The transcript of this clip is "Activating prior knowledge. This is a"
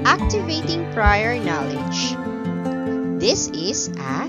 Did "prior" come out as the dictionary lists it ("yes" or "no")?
yes